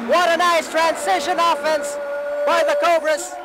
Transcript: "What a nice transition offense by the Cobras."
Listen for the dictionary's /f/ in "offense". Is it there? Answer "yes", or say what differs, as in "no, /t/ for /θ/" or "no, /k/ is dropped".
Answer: yes